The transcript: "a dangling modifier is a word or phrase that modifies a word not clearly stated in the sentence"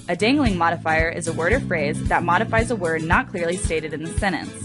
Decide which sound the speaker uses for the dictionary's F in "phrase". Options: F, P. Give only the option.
F